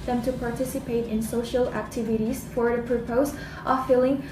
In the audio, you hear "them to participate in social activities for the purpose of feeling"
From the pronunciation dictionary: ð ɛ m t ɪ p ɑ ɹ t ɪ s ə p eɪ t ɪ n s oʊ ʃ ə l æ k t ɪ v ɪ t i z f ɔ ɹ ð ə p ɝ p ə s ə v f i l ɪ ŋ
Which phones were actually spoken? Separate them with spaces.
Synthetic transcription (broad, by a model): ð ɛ m t ɪ p ɑ ɹ t ɪ s ə p eɪ t ɪ n s oʊ ʃ ə l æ k t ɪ v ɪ t i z f ɔ ɹ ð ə p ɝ p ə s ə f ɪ l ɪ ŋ